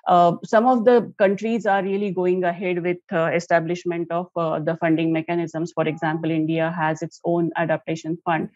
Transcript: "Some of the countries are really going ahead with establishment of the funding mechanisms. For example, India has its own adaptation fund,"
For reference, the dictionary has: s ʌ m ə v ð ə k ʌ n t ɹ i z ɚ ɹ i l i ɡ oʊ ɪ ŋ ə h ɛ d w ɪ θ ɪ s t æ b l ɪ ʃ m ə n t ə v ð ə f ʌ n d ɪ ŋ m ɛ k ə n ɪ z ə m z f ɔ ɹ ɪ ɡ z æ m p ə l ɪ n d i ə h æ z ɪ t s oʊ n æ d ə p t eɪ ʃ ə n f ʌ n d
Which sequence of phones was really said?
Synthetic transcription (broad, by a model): s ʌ m ə v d ə k ʌ n t ɹ i z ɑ ɹ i l i ɡ oʊ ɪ ŋ ə h ɛ d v ɪ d ɪ s t æ b l ɪ ʃ m ə n t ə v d ə f ʌ n d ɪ ŋ m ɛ k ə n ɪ z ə m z f ɔ ɹ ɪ ɡ z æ m p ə l ɪ n d i ə h æ z ɪ t s oʊ n æ d ə p t eɪ ʃ ə n f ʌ n d